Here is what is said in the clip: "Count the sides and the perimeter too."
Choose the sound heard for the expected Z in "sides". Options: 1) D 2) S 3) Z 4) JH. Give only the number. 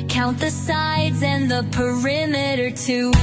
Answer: 3